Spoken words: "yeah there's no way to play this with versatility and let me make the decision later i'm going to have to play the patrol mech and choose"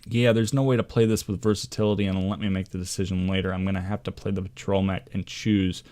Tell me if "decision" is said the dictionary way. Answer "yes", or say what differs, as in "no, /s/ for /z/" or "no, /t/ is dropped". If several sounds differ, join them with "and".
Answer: yes